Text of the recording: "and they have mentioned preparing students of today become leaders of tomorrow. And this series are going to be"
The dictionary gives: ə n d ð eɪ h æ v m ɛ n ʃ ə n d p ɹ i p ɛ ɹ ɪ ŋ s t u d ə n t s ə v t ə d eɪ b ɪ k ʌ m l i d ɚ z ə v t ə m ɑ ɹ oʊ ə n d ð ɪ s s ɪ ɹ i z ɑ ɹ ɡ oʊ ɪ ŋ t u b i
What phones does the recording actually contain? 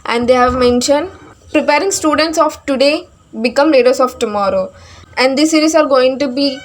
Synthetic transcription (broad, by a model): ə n d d eɪ h æ v m ɛ n ʃ ə n d p ɹ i p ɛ ɹ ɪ ŋ s t u d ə n t s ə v t ə d eɪ b ɪ k ʌ m l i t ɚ s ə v t ə m ɑ ɹ oʊ ə n d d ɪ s s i ɹ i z ɑ ɹ ɡ oʊ ɪ ŋ t u b i